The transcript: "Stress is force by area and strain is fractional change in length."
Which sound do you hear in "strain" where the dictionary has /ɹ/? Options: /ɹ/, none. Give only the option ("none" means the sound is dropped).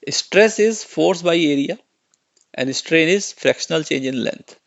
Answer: /ɹ/